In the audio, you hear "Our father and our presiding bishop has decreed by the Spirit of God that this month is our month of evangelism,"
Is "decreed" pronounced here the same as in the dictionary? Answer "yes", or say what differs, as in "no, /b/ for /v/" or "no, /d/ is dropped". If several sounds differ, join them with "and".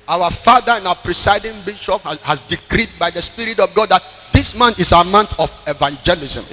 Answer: yes